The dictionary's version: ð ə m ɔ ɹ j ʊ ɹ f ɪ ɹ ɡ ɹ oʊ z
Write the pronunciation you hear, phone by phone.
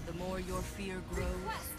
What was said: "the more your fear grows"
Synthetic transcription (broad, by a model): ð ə m ɔ ɹ j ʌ ɹ f ɪ ɹ ɡ ɹ oʊ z